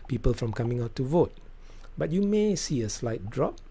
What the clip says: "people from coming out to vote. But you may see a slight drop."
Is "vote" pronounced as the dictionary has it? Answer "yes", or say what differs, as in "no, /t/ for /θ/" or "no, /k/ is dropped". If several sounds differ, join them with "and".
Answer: yes